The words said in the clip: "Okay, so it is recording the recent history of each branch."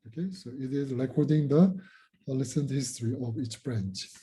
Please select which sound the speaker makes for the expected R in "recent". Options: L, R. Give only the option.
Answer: L